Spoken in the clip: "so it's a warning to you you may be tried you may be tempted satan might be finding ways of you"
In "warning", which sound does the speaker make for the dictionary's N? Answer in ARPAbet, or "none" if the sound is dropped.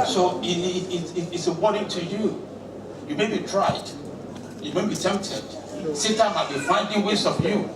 none